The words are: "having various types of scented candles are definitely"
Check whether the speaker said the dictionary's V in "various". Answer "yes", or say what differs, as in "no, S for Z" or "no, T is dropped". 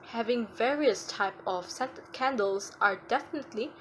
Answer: yes